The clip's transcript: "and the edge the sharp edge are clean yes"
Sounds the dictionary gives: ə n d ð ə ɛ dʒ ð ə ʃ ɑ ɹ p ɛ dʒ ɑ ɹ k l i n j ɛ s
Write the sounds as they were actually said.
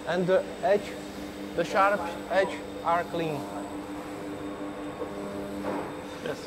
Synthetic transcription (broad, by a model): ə n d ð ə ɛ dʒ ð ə ʃ ɑ ɹ p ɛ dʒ ɑ ɹ k l i n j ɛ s